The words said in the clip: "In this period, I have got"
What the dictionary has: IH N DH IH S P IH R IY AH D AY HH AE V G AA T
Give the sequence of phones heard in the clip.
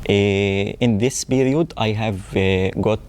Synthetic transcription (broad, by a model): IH N DH IH S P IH R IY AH D AY HH AE V G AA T